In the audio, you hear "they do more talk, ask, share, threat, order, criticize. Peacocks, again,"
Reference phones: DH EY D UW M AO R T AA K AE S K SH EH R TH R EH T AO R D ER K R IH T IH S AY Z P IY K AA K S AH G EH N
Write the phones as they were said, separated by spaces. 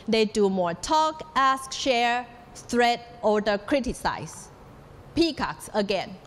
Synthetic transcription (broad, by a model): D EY D UW M AO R T AA K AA S K SH EH R S R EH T AO D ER K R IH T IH S AY S P IY K AA K S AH G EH N